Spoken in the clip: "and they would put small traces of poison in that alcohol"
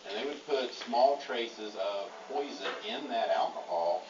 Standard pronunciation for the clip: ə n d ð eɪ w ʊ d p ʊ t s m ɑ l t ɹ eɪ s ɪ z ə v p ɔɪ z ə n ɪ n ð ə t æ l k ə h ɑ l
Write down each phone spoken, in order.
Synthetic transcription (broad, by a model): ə n ð eɪ w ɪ d p ʊ t s m ɑ l t ɹ eɪ s ɪ z ə v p ɔɪ z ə ɪ n ð ə t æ l k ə h ɑ l